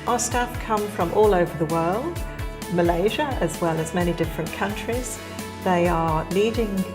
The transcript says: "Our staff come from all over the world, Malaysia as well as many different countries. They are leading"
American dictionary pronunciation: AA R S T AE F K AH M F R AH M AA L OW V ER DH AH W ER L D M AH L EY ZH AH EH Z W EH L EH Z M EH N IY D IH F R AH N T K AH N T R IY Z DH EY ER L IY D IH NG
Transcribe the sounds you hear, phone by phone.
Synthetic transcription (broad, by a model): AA S T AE F K AH M F R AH M AA L OW V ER DH AH W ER L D M AH L EY ZH AH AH Z W EH L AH Z M EH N IY D IH F R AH N K AH N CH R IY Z DH EY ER L IY D IH NG